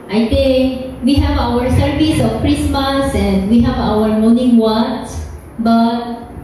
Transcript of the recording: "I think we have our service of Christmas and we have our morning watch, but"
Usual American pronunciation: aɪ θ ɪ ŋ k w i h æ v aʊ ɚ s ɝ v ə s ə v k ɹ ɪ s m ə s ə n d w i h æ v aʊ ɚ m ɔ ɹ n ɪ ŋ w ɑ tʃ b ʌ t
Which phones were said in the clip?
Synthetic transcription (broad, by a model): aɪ t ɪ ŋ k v i h æ v aʊ ɚ s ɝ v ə s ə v k ɹ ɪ s m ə s ə n d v i h æ v aʊ ɚ m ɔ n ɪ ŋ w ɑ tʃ b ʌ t